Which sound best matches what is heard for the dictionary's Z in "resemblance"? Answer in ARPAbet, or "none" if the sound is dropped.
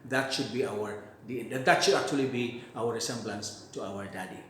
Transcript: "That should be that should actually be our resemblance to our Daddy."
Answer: S